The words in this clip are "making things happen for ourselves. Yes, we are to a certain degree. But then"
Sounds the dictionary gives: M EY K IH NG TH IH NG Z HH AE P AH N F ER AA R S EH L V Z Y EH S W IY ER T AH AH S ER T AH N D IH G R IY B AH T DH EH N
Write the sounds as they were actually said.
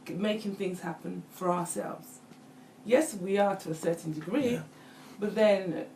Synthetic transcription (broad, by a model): M EY K IH NG TH IH NG Z HH AE P AH N F ER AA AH S EH L V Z Y EH S W IY ER T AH AH S ER T N D IH G R IY B AH T DH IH N